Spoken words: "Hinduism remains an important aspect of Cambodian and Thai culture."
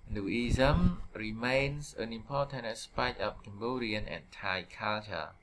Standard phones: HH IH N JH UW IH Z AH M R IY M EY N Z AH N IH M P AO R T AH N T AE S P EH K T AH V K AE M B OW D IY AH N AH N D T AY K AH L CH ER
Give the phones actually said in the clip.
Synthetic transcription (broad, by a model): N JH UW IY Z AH M R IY M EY N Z AH N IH M P AO T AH N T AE S P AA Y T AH P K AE M B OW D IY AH N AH N T AY K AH L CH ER